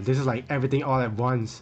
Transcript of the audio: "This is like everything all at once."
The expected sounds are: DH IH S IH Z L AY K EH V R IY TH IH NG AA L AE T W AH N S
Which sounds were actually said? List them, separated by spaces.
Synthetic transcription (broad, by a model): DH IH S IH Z L AY K EH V R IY T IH NG AA L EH T W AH N S